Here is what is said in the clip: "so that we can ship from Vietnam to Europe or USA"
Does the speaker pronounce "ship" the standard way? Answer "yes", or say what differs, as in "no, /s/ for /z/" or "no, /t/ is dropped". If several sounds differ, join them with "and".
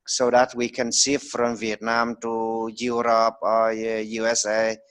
no, /s/ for /ʃ/